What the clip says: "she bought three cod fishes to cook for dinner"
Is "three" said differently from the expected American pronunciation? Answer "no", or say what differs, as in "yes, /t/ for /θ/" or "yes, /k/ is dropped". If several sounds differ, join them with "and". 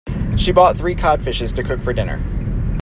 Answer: no